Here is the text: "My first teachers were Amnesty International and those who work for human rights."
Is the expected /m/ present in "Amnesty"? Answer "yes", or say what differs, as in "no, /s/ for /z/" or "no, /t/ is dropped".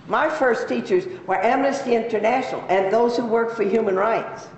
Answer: yes